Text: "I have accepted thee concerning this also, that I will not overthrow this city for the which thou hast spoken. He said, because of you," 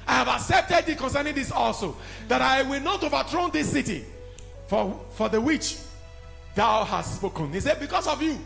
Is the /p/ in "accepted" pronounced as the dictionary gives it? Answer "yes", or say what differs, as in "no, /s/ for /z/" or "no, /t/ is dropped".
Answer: yes